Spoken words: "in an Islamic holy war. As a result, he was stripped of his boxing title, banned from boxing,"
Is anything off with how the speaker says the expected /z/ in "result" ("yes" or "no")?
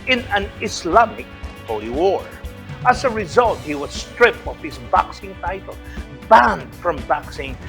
no